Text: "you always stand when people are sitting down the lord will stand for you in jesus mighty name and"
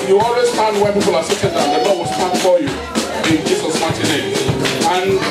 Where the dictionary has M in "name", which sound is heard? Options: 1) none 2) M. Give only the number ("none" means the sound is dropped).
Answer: 1